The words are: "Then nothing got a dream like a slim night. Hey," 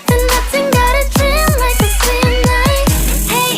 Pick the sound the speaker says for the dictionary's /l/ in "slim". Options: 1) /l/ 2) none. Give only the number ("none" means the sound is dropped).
2